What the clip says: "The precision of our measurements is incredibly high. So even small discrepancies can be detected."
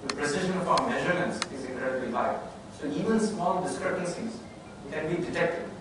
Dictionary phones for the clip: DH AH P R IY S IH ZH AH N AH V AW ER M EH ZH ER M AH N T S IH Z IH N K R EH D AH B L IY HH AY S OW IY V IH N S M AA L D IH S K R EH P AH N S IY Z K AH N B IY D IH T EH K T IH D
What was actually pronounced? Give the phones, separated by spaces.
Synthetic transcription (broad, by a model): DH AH P R IY S IH ZH AH N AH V AW ER M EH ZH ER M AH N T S IH Z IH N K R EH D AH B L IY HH AY S OW IY V IH N S M AA L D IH S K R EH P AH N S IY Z K AH N B IY D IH T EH K T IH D